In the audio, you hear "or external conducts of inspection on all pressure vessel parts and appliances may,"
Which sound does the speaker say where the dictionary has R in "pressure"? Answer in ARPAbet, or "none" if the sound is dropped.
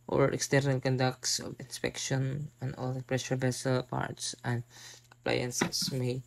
R